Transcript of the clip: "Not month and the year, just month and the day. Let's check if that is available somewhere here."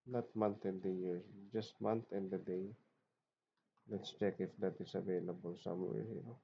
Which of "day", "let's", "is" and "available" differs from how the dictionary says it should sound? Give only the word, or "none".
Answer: is